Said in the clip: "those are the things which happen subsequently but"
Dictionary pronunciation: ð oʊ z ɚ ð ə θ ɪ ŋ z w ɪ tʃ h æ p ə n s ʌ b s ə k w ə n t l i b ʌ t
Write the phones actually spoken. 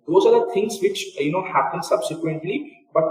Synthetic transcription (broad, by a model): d oʊ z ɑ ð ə t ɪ ŋ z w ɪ tʃ h æ p ə n s ʌ b s ə k w ə n t l i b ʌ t